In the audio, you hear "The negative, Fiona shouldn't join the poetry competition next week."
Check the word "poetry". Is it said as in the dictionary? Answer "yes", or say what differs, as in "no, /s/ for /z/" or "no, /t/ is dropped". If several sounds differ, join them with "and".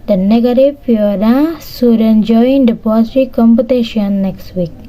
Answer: no, /s/ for /t/